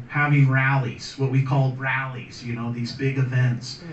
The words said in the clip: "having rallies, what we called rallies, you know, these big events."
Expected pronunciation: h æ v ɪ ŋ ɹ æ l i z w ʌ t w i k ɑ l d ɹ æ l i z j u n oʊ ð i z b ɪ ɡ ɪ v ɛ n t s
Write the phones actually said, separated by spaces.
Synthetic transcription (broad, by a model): h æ v ɪ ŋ ɹ æ l i z w ʌ t w i k ɑ l d ɹ æ l i z j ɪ n oʊ ð i z b ɪ ɡ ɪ v ɛ n t s